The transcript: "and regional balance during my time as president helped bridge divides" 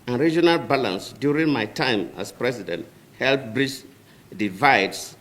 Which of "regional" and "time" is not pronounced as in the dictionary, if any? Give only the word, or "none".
none